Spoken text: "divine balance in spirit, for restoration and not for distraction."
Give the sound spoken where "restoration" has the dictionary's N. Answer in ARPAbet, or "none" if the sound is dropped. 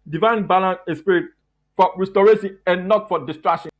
none